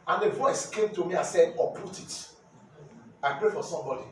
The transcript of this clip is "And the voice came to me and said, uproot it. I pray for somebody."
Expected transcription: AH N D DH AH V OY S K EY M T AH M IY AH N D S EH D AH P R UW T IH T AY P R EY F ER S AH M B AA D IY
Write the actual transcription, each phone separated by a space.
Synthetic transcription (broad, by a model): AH N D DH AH V OY S K EY M T AH M IY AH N S EH D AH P UW T IH T AY P R EY F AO S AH M B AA D IY